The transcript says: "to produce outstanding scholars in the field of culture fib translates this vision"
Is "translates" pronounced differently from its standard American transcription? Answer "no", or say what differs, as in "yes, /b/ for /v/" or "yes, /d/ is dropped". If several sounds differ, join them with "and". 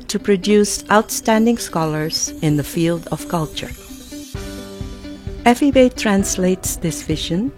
no